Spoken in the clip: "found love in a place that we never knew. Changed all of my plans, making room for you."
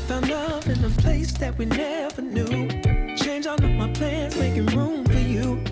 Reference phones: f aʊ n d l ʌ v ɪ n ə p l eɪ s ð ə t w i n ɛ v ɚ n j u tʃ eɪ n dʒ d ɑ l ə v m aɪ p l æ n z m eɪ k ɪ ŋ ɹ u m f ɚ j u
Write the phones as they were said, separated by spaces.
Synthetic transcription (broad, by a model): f aʊ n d l ʌ v ɪ n ə p l eɪ s ð ə t w i n ɛ v ɚ n j u tʃ eɪ n dʒ ɑ n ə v m aɪ p l æ n z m eɪ k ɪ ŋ ɹ u m f ɚ j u